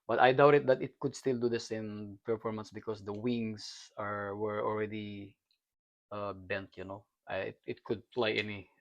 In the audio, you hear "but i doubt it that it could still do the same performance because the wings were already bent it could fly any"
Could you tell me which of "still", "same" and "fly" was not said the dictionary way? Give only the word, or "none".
fly